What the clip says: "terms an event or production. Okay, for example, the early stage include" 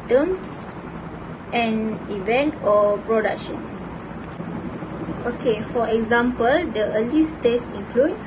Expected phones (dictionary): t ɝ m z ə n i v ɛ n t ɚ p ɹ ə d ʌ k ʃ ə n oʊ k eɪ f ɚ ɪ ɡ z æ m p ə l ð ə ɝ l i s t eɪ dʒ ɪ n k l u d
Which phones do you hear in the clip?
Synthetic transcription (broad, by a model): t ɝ m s ə n i v ɛ n t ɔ p ɹ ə d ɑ k ʃ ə n oʊ k eɪ f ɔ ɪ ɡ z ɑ m p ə l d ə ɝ l i s t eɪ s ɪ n k l u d